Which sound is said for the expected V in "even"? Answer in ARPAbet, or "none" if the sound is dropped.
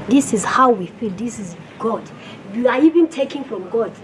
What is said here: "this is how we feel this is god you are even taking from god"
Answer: V